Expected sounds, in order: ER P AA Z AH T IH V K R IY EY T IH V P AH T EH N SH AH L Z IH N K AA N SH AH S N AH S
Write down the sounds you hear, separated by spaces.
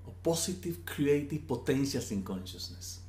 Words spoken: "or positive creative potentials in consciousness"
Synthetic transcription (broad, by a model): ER P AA S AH T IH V K R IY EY T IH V P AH T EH N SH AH L S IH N K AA N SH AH S N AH S